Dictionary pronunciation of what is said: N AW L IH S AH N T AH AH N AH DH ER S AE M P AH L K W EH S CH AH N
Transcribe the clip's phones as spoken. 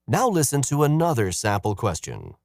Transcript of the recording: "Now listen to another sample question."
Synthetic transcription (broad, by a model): N AW L IH S AH N T AH AH N AH DH ER S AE P L K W EH S CH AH N